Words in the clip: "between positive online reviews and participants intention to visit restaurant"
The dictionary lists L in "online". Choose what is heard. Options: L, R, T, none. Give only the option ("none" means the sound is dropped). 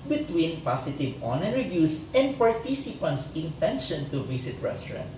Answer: none